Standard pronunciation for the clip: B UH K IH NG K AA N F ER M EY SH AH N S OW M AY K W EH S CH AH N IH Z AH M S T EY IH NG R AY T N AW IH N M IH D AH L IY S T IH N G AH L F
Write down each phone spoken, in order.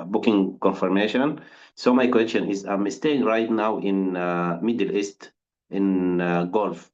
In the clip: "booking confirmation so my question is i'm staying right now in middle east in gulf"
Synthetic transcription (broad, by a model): B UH K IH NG K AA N F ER M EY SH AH N S OW M AY K W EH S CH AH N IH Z AH M S T EY IH NG R AY T N AW IH N M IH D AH L IY S T IH N G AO L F